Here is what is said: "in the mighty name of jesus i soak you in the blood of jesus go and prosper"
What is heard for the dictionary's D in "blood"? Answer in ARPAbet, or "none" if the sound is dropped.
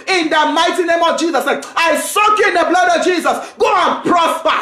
D